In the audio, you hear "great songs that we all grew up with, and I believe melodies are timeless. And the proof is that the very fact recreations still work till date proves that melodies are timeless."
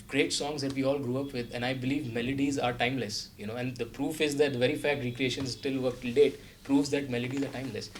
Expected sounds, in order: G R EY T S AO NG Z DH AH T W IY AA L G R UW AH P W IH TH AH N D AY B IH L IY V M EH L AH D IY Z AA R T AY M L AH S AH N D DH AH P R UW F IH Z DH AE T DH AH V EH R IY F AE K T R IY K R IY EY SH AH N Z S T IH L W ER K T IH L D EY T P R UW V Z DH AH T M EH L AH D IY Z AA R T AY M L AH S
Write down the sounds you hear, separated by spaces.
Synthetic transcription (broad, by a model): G R EY T S AO NG Z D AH T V IY AA L G R UW AH P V IH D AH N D AY B IH L IY V M EH L AH D IY Z AA R T AY M L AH S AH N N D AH P R UW F IH Z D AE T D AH V EH R IY F AE K T R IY K R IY EY SH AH N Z S T IH L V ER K T IH L D EY T P R UW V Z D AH T M EH L AH D IY Z AA R T AY M L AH S